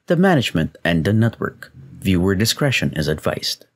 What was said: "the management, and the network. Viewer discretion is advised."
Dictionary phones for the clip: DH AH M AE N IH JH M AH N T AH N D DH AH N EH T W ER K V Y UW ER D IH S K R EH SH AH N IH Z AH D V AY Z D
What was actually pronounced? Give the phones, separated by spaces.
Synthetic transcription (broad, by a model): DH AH M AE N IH JH M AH N T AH N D DH AH N EH T W ER K V Y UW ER D IH S K R EH SH AH N IH Z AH D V AY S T